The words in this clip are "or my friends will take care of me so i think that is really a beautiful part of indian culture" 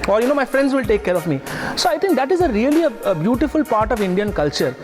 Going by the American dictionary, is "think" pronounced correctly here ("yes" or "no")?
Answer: no